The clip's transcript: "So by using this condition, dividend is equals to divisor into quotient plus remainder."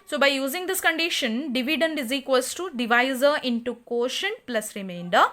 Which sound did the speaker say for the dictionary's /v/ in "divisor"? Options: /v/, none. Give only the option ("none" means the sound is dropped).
/v/